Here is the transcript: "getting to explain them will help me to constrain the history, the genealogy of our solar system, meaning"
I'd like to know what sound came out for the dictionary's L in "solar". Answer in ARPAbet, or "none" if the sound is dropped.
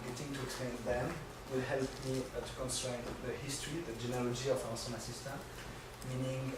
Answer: N